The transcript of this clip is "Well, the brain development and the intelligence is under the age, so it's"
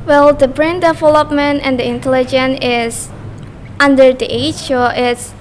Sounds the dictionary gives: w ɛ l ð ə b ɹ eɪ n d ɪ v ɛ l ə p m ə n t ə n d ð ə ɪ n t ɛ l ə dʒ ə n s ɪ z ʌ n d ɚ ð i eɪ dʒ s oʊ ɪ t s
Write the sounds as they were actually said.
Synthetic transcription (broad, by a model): w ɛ l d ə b ɹ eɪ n d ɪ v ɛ l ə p m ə n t ə n d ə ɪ n t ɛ l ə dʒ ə n ɪ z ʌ n d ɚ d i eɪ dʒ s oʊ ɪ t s